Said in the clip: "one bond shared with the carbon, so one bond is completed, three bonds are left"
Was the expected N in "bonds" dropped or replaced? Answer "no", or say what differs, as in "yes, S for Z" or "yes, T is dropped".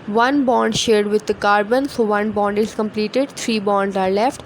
no